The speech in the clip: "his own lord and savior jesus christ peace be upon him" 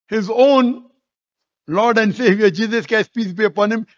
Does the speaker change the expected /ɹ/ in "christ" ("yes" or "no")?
yes